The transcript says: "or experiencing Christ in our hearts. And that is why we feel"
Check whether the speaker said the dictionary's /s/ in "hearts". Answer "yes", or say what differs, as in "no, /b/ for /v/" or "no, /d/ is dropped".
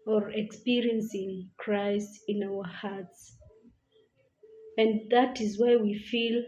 yes